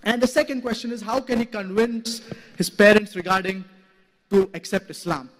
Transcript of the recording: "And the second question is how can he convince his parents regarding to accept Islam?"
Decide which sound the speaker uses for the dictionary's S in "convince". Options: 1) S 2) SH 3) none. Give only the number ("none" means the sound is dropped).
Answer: 1